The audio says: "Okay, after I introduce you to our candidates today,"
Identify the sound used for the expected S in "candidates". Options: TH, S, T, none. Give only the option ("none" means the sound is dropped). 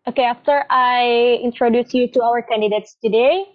S